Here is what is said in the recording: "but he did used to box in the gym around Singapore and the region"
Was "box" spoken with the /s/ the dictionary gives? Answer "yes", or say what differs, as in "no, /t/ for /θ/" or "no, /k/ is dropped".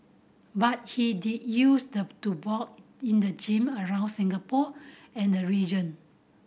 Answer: no, /s/ is dropped